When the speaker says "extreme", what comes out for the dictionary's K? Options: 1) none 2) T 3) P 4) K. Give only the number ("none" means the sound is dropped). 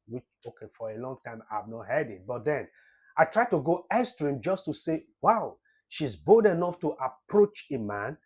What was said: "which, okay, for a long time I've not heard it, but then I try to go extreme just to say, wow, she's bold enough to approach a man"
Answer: 1